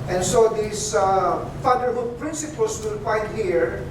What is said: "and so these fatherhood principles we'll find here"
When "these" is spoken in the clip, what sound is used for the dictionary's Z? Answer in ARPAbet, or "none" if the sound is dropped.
S